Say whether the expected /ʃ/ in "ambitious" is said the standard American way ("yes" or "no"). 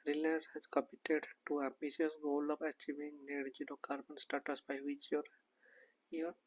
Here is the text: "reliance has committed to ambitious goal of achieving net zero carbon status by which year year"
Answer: no